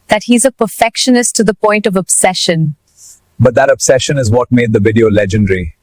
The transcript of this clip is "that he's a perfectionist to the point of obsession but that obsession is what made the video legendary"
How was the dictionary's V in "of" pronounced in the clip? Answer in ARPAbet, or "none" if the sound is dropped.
V